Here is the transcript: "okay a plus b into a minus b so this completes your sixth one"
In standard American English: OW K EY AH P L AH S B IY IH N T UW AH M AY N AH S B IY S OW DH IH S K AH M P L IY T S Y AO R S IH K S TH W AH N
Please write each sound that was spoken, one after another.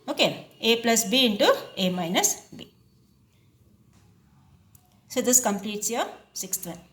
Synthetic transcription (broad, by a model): OW K EY AH P L AH S B IY IH N T UW AH M AY N AH S B IY S OW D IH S K AH M P L IY T S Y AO S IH K S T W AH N